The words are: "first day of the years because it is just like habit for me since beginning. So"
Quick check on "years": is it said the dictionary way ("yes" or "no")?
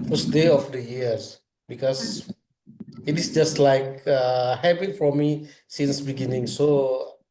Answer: no